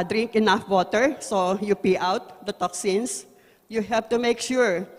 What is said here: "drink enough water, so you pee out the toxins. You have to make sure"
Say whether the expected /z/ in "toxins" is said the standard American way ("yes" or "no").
no